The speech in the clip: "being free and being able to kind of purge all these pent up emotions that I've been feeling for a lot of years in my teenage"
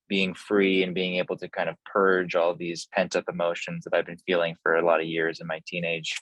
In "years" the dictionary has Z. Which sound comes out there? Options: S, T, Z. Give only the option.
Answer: Z